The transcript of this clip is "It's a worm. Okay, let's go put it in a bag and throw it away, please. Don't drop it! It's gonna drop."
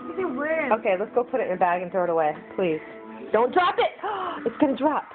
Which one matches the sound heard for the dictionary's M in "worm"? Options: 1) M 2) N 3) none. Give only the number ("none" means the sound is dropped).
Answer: 3